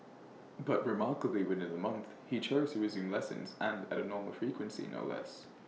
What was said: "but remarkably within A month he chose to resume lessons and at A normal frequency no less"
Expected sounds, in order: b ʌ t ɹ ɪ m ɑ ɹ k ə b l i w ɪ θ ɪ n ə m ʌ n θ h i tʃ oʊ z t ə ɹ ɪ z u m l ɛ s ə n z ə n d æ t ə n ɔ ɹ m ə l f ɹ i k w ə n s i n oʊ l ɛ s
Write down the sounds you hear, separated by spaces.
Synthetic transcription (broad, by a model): b ʌ t ɹ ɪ m ɑ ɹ k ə b l i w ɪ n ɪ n ə m ʌ n θ h i tʃ oʊ z t ə ɹ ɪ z u m l ɛ s ə n z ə n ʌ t ə n ɔ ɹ m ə l f ɹ i k w ə n s i n oʊ l ɛ s